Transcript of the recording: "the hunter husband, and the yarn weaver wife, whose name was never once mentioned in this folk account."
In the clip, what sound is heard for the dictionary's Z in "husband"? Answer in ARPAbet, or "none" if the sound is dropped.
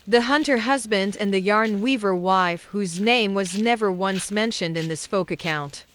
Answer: Z